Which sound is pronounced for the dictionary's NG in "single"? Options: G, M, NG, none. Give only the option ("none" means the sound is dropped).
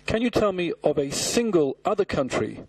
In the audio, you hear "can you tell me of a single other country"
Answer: NG